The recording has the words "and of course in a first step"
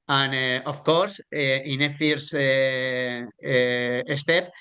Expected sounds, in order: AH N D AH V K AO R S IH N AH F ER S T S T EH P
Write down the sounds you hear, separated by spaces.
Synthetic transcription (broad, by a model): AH N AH F K AO R S IH N AH F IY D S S T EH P